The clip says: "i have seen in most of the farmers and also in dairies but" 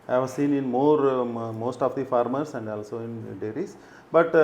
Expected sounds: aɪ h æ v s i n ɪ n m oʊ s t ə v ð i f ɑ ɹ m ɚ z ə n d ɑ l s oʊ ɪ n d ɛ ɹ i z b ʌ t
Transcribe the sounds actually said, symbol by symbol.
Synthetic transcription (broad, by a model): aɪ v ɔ s i n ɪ n m oʊ s t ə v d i f ɑ ɹ m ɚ s ə n d ɑ l s oʊ ɪ n d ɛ ɹ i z b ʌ t